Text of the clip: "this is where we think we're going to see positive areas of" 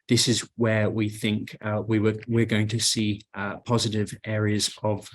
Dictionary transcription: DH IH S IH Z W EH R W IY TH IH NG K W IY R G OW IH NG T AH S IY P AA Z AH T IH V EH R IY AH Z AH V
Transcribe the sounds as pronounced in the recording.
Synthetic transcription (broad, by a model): DH IH S IH Z W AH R W IY TH IH NG K W IY W G OW IH NG T AH S IY P AA Z AH T IH V EH R IY AH Z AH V